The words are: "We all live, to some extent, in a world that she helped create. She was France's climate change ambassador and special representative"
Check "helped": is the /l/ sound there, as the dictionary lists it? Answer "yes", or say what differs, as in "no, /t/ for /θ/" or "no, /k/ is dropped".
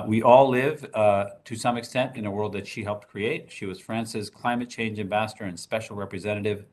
yes